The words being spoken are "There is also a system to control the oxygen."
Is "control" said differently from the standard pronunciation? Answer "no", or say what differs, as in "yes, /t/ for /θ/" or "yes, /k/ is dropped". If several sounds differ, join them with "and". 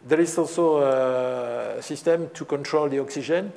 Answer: no